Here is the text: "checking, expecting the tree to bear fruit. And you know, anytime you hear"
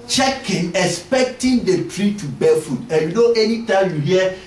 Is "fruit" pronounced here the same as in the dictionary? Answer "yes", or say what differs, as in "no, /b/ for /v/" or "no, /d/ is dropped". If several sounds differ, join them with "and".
no, /ɹ/ is dropped